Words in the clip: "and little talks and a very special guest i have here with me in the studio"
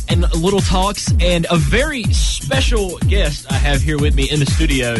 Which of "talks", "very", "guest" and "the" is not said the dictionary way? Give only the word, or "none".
none